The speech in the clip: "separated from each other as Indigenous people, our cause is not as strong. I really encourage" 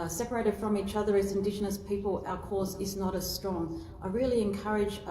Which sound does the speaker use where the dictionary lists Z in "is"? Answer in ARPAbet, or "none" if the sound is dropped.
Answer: Z